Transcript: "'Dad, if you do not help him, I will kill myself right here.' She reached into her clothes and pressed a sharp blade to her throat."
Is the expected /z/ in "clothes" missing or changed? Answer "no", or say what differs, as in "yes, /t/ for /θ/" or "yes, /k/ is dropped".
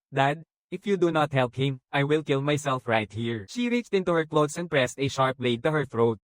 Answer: yes, /s/ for /z/